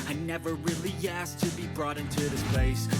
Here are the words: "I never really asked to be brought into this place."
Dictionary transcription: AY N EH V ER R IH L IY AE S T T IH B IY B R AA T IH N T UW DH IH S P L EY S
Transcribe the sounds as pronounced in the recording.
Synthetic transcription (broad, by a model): AY N EH V ER R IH L IY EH S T T IH B IY B R AA T IH N T UW DH IH S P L EY S